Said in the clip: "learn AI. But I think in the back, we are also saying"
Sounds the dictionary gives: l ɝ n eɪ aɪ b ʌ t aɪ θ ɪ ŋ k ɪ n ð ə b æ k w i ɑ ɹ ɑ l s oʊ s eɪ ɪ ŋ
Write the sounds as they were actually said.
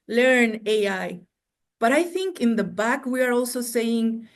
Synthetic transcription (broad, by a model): l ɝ n eɪ aɪ b ʌ t aɪ θ ɪ ŋ k ɪ n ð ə b æ k w i ɑ ɹ ɑ l s oʊ s eɪ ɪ ŋ